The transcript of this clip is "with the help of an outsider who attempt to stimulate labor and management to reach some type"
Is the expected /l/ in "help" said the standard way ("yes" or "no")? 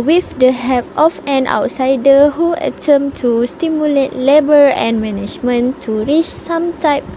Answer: no